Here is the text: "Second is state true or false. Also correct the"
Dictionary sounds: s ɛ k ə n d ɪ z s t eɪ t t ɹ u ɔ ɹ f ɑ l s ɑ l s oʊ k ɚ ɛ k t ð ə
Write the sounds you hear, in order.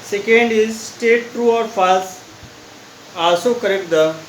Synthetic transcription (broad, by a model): s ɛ k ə n d ɪ z s t eɪ t t ɹ u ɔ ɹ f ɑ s ɑ l s oʊ k ɚ ɛ k t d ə